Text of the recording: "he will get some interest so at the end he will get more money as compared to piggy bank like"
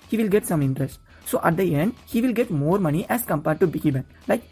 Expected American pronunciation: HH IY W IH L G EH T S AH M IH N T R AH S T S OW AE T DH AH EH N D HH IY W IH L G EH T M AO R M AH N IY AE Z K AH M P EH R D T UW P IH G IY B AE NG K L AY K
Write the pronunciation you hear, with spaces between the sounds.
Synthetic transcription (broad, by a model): HH IY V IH L G EH T S AH M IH N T R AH S T S OW AE T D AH EH N D HH IY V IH L G EH T M AO R M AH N IY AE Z K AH M P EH R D T UW B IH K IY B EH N L AY K